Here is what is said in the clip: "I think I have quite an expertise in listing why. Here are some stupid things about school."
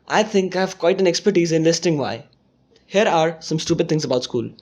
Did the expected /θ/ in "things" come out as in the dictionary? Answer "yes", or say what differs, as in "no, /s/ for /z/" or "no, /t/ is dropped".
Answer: no, /t/ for /θ/